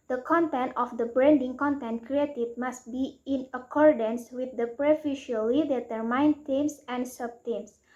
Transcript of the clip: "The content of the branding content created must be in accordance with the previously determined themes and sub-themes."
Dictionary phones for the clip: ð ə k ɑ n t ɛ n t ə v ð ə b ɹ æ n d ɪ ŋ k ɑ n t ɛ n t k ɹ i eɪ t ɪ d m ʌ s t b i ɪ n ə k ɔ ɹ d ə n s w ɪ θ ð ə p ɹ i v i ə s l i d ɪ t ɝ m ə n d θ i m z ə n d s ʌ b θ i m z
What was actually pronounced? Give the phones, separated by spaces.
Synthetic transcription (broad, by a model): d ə k ɑ n t ɛ n t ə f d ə b ɹ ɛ n d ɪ ŋ k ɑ n t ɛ n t k ɹ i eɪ t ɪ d m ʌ s t b i ɪ n ə k ɔ ɹ d ə n s w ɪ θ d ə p ɹ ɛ f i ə l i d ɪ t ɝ m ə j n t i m s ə n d s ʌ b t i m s